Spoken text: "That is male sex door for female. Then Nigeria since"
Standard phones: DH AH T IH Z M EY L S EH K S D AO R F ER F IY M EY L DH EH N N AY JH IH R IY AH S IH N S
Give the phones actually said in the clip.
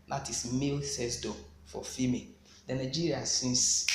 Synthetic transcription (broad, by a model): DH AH T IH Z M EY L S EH S D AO F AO F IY M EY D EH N N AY JH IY R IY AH S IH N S